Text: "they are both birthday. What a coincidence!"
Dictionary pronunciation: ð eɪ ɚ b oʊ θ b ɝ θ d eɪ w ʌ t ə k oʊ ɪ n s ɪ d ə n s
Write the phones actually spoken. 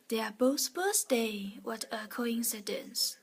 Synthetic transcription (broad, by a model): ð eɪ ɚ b oʊ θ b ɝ s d eɪ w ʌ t ə k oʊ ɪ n s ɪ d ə n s